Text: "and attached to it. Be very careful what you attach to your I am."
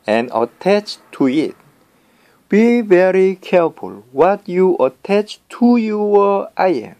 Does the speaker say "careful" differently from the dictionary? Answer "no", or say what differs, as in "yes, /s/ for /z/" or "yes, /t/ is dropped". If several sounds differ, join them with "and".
no